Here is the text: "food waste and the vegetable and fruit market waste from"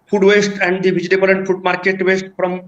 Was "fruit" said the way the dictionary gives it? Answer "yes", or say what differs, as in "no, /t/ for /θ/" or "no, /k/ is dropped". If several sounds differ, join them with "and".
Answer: no, /ɹ/ is dropped